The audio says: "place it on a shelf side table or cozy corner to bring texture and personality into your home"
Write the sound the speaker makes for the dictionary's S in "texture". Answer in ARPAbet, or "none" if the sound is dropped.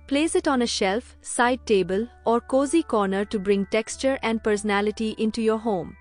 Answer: S